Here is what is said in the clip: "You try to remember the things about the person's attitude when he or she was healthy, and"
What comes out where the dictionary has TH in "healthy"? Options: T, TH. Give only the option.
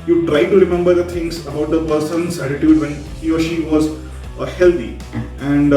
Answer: T